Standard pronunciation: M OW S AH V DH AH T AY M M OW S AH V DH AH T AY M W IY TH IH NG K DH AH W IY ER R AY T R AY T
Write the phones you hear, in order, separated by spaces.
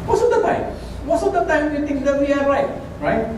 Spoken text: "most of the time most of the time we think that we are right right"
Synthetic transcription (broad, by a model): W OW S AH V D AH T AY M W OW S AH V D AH T AY M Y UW T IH NG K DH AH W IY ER R AY T R AY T